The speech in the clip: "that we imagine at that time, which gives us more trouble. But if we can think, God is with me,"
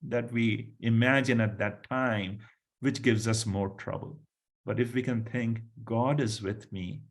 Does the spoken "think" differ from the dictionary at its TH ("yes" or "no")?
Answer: yes